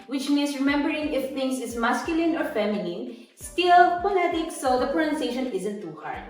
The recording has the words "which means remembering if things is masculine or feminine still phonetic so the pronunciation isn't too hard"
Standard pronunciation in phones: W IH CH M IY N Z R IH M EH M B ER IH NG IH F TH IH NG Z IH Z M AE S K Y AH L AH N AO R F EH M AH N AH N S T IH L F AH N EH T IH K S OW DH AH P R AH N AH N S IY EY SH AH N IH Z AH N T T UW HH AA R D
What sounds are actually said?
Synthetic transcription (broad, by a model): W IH CH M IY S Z R IH M EH M B ER IH NG IH F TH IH NG S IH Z M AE S K Y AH L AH N AO R F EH M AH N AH N S T IH L P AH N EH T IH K S OW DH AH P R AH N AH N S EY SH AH N IH Z AH N T T UW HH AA R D